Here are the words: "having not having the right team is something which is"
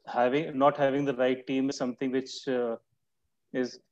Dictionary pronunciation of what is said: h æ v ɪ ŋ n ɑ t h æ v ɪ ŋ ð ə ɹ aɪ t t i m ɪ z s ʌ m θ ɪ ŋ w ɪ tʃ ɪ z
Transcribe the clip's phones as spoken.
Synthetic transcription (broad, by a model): h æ v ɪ ŋ n ɑ t h æ v ɪ ŋ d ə ɹ aɪ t t i m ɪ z s ʌ m t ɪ ŋ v ɪ tʃ ɪ z